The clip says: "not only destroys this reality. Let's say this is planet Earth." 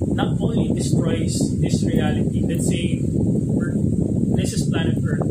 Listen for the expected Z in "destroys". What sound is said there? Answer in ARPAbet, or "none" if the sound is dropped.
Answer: S